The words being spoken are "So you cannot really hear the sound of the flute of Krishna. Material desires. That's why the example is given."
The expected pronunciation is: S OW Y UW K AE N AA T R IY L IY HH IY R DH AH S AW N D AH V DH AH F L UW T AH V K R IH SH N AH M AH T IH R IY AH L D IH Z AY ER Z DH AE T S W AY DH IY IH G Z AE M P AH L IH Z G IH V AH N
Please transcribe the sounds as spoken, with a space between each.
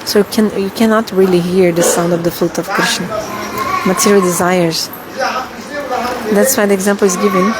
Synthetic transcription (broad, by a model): S OW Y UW K AE N AA T R IY L IY HH IY R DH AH S AW N D AH V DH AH F L UW T AH V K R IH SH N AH M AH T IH R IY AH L D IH Z AY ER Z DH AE T S W AY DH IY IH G Z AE M P L IH Z G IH V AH N